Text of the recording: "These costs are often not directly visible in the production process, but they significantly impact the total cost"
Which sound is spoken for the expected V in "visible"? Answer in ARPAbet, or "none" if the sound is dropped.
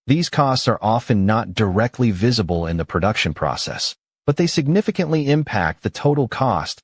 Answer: V